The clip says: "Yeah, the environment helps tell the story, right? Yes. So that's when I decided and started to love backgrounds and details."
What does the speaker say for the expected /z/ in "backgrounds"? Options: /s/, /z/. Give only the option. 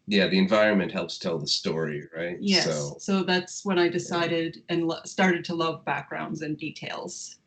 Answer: /z/